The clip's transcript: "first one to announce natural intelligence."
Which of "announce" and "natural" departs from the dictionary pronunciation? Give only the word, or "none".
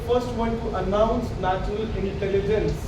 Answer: natural